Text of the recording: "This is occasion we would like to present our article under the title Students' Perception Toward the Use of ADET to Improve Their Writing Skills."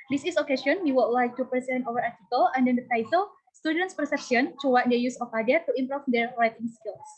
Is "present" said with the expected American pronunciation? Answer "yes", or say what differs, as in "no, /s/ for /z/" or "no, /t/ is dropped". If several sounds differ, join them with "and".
no, /ɹ/ is dropped